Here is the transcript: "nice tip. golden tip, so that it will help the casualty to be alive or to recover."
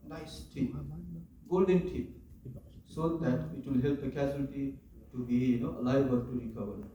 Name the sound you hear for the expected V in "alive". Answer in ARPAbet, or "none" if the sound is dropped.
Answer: B